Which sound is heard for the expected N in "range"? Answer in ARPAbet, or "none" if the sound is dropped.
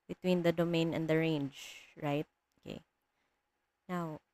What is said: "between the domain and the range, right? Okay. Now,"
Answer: N